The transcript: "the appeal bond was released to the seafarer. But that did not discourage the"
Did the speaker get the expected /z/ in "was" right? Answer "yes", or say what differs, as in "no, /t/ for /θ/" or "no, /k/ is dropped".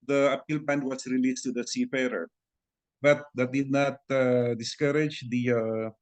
no, /s/ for /z/